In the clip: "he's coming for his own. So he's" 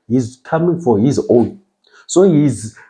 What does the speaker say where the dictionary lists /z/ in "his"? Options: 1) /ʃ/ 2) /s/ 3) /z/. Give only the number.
3